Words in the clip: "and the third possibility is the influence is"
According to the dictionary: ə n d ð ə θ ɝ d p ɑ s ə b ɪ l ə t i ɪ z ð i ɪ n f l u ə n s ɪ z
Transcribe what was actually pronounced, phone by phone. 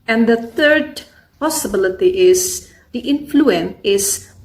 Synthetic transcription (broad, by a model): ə n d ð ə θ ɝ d p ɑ s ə b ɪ l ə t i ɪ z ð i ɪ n f l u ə n ɪ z